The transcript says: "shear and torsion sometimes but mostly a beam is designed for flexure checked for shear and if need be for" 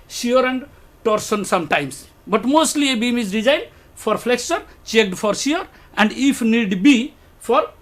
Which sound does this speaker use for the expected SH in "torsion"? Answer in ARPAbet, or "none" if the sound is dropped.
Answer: S